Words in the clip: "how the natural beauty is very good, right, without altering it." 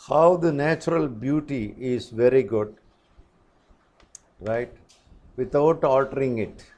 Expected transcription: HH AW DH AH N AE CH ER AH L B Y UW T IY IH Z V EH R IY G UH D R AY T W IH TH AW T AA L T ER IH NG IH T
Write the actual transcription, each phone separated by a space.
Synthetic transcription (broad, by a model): HH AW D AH N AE CH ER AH L B Y UW T IY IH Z V EH R IY G UH D R AY T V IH T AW T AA L T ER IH NG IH T